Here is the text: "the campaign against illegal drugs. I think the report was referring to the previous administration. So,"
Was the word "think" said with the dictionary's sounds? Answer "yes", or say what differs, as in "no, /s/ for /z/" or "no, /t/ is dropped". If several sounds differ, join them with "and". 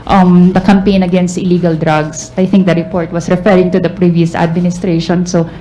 no, /t/ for /θ/